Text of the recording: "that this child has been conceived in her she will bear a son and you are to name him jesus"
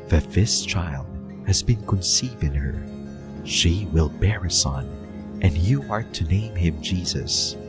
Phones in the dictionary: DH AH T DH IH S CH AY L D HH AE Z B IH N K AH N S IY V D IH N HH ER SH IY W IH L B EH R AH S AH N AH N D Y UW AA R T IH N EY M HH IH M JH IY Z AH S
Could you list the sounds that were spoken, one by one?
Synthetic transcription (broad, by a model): DH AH T DH IH S CH AY L D HH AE Z B IH N K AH N S IY V IH N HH ER SH IY W IH L B EH R AH S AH N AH N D Y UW AA R T IH N EY M HH IH M JH IY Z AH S